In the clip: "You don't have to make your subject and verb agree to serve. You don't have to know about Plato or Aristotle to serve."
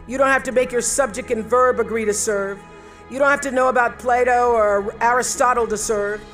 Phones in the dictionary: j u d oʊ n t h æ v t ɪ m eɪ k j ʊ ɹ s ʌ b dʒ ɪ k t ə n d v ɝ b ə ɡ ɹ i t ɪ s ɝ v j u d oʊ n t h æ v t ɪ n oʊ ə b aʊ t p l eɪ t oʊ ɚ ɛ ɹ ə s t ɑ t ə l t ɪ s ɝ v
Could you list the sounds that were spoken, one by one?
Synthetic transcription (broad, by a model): j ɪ d oʊ n t h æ f t ɪ m eɪ k j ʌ ɹ s ʌ b dʒ ɪ k t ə n v ɝ b ə ɡ ɹ i t ɪ s ɝ v j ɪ d oʊ n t h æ f t ɪ n oʊ ə b aʊ t p l eɪ t oʊ ɚ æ ɹ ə s t ɑ t l t ɪ s ɝ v